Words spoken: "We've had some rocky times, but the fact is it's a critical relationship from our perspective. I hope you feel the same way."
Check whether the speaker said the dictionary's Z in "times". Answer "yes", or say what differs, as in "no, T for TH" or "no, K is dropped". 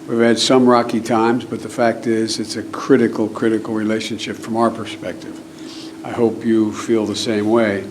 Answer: yes